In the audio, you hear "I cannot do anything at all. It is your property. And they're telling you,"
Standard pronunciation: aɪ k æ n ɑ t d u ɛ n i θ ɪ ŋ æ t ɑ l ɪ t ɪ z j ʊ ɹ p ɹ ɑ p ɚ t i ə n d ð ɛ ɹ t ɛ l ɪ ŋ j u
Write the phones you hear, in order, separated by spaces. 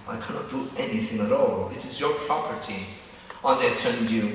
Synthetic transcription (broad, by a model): aɪ k æ n ɑ t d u ɛ n i θ ɪ ŋ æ t ɑ l ɪ t ɪ z j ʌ ɹ p ɹ ɑ p ɚ t i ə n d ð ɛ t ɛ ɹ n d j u